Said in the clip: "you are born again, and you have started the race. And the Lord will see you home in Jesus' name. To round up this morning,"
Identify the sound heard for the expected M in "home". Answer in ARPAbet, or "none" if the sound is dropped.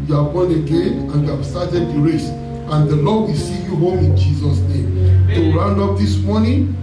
M